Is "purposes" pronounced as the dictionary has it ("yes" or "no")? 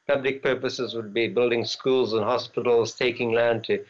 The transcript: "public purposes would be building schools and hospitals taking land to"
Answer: yes